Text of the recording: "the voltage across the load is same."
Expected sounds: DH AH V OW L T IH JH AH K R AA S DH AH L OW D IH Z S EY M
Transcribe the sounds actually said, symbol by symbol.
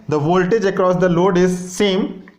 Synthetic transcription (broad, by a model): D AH V OW L T IH JH AH K R AA S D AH L OW D IH Z S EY M